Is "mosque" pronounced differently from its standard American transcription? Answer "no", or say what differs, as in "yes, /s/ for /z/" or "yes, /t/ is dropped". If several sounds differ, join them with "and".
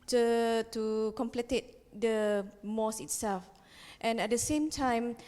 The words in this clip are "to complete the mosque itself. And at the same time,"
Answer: yes, /k/ is dropped